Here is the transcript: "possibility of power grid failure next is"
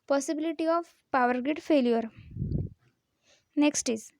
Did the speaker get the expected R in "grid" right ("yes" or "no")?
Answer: no